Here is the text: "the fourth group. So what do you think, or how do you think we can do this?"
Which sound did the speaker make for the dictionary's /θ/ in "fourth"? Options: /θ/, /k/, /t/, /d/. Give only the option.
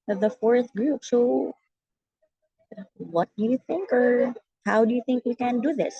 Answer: /θ/